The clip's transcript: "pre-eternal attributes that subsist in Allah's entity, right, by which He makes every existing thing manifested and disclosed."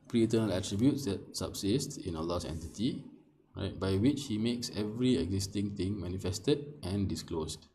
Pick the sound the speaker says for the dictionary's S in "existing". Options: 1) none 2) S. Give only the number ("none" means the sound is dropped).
2